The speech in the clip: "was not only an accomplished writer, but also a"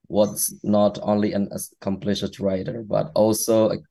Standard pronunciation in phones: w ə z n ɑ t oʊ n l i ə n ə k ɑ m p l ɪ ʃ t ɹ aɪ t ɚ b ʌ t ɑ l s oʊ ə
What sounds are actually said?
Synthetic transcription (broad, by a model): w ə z n ɑ t oʊ n l i ə n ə k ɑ m p l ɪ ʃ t ɹ aɪ t ɚ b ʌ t ɑ l s oʊ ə